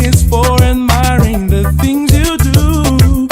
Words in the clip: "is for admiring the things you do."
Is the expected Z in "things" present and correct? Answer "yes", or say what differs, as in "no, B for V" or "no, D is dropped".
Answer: yes